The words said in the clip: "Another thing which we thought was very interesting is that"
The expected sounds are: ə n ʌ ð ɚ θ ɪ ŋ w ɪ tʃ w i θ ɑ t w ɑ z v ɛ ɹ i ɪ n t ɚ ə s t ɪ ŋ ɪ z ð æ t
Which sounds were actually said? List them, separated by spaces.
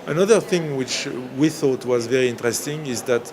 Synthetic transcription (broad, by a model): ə n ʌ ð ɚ θ ɪ ŋ w ɪ tʃ w i θ ɑ t w ɑ z v ɛ ɹ i ɪ n t ɚ ə s t ɪ ŋ ɪ z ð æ t